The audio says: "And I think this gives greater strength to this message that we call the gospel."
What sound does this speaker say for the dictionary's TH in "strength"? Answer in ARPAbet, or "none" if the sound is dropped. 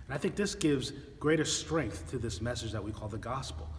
TH